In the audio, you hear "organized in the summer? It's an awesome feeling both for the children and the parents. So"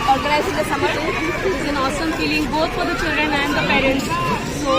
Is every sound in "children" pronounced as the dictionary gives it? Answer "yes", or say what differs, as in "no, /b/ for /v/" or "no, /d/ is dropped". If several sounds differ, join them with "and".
yes